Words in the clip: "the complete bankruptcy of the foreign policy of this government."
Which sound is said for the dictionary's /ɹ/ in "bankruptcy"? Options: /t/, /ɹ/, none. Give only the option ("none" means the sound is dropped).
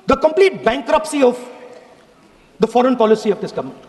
/ɹ/